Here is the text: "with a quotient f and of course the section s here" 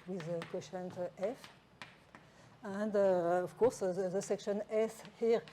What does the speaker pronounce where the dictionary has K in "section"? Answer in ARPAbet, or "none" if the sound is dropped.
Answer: K